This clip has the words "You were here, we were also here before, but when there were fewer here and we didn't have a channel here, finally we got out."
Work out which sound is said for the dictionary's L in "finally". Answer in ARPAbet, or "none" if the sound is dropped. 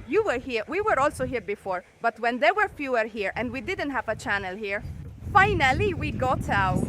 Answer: L